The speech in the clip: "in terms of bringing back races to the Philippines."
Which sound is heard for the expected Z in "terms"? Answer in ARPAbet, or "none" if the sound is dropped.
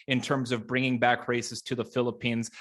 Z